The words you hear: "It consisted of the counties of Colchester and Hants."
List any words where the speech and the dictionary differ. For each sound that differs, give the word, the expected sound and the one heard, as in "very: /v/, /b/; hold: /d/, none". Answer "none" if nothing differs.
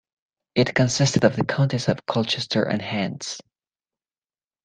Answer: counties: /z/, /s/